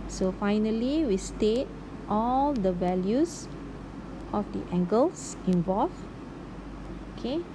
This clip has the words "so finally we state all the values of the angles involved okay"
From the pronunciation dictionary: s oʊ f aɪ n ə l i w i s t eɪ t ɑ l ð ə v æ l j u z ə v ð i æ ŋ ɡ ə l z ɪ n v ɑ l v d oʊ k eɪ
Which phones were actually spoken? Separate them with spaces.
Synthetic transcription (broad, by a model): s oʊ f aɪ n ə l i w i s t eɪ t ɑ l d ə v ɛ l j u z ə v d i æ ŋ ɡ ə l s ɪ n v ɑ l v oʊ k eɪ